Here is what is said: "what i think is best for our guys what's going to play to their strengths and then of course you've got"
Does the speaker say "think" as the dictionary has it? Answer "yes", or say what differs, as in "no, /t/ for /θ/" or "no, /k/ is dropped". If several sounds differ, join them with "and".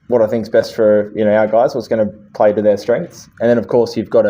yes